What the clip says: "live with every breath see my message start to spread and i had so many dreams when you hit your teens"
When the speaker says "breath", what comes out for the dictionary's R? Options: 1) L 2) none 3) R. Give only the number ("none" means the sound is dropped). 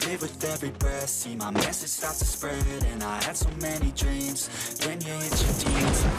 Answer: 2